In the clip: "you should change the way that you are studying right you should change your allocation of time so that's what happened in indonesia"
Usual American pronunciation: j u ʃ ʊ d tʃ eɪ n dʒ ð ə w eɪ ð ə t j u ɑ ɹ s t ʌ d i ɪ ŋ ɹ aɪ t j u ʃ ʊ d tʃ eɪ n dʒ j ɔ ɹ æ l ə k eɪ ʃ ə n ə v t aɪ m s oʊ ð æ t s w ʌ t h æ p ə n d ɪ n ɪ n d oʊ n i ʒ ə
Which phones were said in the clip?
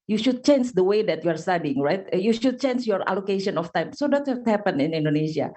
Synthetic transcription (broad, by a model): j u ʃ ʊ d tʃ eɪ n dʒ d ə w eɪ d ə t j u ɑ ɹ s t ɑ d i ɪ ŋ ɹ aɪ t j u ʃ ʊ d tʃ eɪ n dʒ j ɔ ɹ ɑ l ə k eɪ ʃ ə n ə f t aɪ m s oʊ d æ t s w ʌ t h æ p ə n ɪ n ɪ n d oʊ n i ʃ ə